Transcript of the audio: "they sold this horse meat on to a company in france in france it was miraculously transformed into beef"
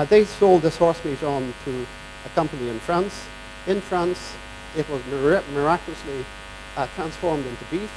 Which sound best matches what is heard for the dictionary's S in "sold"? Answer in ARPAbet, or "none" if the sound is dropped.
S